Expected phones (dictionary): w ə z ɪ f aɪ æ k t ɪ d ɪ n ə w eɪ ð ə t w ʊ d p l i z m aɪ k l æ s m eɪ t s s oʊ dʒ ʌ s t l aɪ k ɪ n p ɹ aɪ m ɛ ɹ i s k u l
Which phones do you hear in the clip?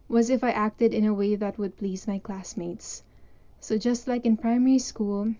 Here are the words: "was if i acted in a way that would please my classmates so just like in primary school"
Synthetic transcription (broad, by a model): w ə z ɪ f aɪ æ k t ɪ d ɪ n ə w eɪ ð ə t w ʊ d p l i z m aɪ k l æ s m eɪ t s s oʊ dʒ ʌ s t l aɪ k ɪ n p ɹ aɪ m ɛ ɹ i s k u l